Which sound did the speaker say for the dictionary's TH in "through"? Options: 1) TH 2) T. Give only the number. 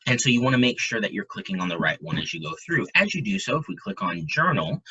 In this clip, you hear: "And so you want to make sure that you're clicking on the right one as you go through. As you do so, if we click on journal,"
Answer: 1